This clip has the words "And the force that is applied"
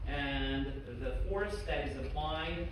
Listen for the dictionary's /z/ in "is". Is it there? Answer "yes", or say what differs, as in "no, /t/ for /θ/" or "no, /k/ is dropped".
yes